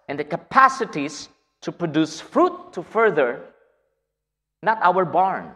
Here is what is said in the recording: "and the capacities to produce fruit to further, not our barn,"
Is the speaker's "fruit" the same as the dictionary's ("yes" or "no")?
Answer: yes